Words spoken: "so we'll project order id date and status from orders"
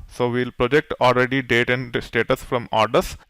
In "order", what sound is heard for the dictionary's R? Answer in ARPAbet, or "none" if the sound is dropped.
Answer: L